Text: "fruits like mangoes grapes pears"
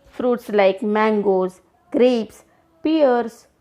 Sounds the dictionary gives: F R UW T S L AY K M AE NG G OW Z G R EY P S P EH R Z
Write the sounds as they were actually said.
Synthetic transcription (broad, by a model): F R UW T S L AY K M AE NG G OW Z G R EY P S P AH R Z